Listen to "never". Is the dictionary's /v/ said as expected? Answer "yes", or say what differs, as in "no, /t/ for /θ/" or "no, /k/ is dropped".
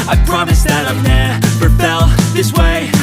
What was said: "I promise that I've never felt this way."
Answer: no, /p/ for /v/